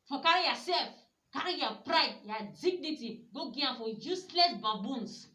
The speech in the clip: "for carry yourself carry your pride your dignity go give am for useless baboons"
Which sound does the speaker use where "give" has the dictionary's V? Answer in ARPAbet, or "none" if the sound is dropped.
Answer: none